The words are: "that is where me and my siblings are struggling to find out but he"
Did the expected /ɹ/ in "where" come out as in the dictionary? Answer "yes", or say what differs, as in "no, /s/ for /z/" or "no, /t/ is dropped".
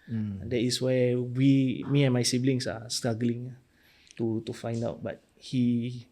no, /w/ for /ɹ/